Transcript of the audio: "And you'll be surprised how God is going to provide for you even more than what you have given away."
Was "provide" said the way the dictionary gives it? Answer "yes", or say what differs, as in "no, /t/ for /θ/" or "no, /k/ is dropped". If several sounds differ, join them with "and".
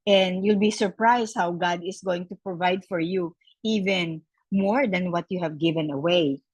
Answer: yes